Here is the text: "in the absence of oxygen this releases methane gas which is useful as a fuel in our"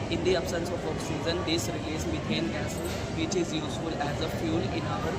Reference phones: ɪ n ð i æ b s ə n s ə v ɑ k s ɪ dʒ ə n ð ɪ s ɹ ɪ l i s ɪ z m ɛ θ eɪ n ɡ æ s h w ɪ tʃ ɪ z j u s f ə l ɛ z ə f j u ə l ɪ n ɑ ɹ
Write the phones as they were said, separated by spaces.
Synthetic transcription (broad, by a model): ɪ n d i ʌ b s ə n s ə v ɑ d s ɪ z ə n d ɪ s ɹ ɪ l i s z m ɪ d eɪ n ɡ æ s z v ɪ tʃ ɪ z j u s f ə l ɛ z ə f j u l ɪ n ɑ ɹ